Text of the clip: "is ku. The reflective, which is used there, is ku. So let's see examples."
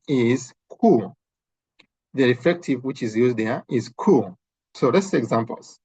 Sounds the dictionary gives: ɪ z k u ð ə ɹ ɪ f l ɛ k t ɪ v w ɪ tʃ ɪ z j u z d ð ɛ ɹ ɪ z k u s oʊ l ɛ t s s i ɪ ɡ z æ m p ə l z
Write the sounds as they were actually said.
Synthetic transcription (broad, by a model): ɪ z k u ð ə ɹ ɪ f ɛ k t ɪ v w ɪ tʃ ɪ z j u z d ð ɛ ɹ ɪ z k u s oʊ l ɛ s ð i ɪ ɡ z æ m p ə l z